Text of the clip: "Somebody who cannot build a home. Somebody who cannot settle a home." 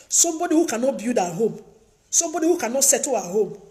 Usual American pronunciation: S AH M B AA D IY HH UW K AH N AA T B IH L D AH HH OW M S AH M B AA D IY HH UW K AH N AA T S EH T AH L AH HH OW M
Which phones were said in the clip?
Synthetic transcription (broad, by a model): S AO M B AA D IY HH UW K AH N AA T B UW D AH HH OW M S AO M B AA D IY HH UW K AH N AA T S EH T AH AH HH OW M